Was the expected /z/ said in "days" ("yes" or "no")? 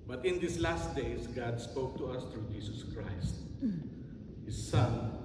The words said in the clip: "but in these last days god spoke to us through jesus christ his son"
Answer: no